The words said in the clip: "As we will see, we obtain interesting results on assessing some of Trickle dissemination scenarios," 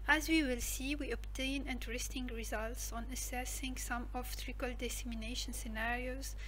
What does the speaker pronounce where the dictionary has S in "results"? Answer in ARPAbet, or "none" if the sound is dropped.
S